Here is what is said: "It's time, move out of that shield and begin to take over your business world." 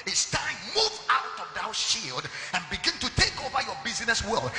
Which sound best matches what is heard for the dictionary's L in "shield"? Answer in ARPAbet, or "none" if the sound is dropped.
L